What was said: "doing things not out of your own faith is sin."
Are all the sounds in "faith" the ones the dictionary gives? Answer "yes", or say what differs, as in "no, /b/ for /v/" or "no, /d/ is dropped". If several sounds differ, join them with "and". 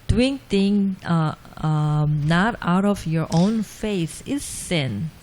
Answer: no, /s/ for /θ/